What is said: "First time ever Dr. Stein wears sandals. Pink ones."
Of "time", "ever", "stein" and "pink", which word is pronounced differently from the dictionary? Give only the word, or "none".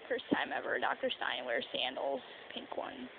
none